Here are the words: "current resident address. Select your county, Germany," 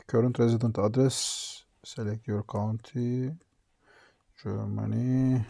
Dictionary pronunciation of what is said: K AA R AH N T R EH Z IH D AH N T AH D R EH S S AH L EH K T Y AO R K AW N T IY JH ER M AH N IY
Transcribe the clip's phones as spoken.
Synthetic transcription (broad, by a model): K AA R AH N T R EH Z IH D AH N T AH D R EH S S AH L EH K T Y AO R K AW N T IY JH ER M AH N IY